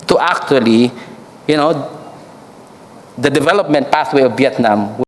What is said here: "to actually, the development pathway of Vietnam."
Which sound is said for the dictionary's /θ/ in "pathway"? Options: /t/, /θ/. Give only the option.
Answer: /t/